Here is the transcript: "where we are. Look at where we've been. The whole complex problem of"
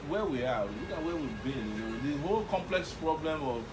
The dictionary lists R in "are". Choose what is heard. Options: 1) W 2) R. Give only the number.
1